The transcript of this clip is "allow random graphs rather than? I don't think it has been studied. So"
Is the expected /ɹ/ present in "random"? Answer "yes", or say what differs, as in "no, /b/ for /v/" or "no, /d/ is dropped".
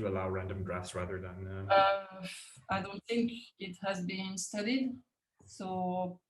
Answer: yes